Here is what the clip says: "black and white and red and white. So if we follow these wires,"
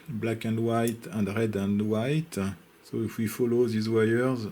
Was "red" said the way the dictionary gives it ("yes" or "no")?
yes